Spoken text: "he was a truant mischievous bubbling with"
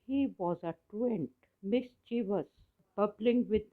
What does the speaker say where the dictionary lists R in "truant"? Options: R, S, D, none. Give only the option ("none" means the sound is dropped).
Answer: none